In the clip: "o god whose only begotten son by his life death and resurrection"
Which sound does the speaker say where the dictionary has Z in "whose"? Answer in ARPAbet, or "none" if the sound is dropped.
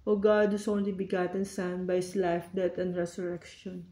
S